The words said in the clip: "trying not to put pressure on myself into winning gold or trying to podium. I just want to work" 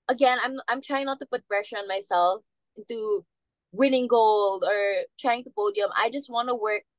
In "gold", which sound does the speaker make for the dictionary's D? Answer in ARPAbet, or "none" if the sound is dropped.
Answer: D